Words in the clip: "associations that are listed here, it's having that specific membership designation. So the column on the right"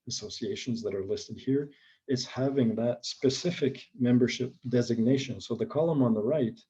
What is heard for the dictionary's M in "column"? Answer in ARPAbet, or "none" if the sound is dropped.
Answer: M